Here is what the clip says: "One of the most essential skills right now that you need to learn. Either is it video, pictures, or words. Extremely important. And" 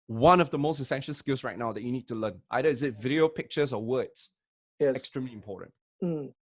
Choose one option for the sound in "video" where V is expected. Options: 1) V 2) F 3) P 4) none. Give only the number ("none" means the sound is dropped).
1